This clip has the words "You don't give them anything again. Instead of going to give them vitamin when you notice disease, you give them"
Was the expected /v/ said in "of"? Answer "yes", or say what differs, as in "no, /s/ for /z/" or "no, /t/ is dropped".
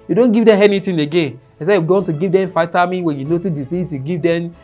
no, /w/ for /v/